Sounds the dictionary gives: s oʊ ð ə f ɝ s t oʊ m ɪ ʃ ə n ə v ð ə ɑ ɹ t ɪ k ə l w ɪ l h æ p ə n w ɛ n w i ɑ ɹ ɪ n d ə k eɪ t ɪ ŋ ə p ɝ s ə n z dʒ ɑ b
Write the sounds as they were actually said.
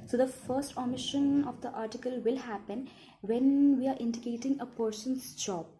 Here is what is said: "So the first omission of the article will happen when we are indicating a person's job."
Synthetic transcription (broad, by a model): s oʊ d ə f ɝ s t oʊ m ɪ ʃ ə n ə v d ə ɑ ɹ t ɪ k ə l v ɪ l h æ p ə n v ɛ n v i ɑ ɹ ɪ n d ə k eɪ t ɪ ŋ ə p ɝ ʃ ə n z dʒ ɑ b